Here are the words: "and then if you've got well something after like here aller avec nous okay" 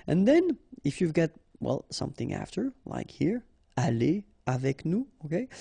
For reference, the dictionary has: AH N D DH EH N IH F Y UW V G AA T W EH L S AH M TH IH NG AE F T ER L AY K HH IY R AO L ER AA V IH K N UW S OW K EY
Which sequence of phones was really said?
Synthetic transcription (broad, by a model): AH N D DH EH N IH F Y UW V G AA T W EH L S AH M TH IH NG AE F T ER L AY K HH IY R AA L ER AA V IH K N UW OW K EY